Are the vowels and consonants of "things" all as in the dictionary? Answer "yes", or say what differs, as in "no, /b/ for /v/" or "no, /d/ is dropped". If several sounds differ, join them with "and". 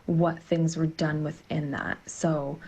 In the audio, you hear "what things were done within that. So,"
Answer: yes